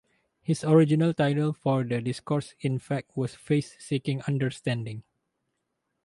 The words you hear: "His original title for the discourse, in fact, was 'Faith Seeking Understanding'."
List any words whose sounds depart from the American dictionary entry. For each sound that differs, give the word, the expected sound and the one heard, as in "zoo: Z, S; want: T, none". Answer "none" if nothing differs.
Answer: his: Z, S; was: Z, S